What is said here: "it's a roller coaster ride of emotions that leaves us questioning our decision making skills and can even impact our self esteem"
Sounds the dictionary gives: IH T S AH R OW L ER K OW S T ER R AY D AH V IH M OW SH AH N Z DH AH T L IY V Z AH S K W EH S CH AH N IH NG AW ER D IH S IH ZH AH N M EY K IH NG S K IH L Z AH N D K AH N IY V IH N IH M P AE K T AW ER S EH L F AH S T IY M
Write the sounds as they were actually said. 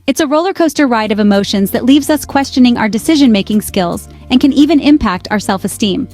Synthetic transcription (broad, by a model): IH T S AH R OW L ER K OW S T ER R AY D AH V IH M OW SH AH N Z DH AH T L IY V Z AH S K W EH S CH AH N IH NG AW ER D IH S IH ZH AH N M EY K IH NG S K IH L Z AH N K AH N IY V IH N IH M P AE K T AW ER S EH L F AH S T IY M